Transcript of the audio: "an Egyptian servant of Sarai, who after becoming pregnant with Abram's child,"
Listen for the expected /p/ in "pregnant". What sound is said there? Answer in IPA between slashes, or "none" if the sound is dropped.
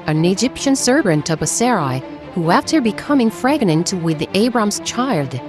/f/